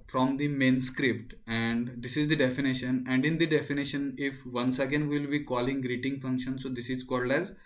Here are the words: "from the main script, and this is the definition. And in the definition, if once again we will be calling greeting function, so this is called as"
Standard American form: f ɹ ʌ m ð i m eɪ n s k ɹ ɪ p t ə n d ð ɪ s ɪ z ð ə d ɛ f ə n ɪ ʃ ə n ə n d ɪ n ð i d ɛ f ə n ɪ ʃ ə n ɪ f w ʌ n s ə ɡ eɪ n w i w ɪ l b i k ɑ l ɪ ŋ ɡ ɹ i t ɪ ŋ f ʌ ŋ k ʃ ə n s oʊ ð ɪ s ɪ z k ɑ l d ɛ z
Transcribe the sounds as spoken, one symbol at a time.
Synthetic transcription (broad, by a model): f ɹ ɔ m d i m eɪ n s k ɹ ɪ p t ə n d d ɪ s ɪ z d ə d ɛ f ə n ɪ ʃ ə n ə n d ɪ n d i d ɛ f ə n ɪ ʃ ə n ɪ f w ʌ n s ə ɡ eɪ n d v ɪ l b i k ɑ l ɪ ŋ ɡ ɹ i t ɪ ŋ f ʌ ŋ k ʃ ə n s oʊ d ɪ s ɪ z k ɑ l d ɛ z